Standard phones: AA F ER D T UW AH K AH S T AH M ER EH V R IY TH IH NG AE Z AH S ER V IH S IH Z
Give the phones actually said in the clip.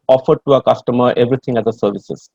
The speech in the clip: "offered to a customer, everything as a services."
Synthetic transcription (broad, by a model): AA F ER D T UW AH K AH S T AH M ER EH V R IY T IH NG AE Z AH S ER V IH S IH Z